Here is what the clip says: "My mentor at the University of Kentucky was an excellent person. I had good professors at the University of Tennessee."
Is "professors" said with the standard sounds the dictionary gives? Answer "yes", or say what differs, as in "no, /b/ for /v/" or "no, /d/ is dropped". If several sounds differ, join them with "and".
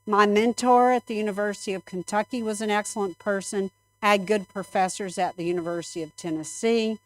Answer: yes